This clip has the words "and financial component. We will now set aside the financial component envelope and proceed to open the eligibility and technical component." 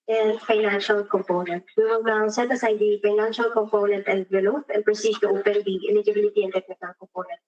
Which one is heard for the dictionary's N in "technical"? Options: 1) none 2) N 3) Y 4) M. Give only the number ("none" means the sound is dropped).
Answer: 1